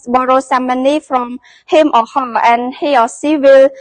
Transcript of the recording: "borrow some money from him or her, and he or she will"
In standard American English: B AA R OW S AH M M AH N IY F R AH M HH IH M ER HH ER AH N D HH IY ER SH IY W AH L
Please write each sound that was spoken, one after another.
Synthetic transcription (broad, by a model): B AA R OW S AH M M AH N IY F R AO M HH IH M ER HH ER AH N HH IY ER S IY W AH L